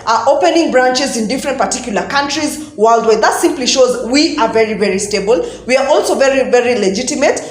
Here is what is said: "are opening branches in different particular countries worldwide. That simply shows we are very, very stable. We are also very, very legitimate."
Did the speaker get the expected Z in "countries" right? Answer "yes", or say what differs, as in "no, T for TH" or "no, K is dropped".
yes